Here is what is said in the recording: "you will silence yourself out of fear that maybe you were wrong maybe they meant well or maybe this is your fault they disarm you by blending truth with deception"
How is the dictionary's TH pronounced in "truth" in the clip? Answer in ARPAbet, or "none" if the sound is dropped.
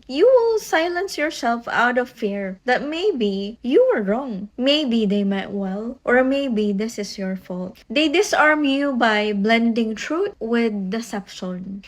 T